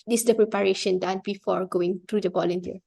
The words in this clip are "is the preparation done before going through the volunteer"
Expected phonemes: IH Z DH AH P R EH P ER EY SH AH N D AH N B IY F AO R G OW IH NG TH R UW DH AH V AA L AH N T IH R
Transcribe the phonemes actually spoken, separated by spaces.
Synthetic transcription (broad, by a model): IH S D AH P R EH P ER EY SH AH N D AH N B IY F AO R G OW IH NG T R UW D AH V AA L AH N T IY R